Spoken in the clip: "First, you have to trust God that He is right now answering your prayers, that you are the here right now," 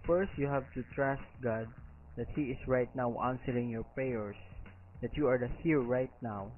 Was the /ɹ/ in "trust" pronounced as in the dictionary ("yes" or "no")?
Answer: yes